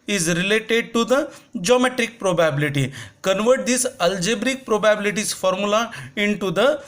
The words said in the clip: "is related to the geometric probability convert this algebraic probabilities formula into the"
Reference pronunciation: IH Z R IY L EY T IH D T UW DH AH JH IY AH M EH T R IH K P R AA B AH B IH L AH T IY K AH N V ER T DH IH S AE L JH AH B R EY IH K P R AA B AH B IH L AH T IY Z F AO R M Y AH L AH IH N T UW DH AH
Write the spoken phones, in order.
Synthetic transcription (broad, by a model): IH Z R IY L EY T IH D T UW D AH JH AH M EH T R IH K P R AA B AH B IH L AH T IY K AH N V ER T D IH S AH L JH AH B R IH K P R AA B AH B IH L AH T IY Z F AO R M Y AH L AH IH N T UW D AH